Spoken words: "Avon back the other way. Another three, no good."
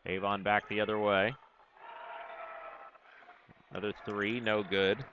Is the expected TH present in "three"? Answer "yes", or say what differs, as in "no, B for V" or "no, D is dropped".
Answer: yes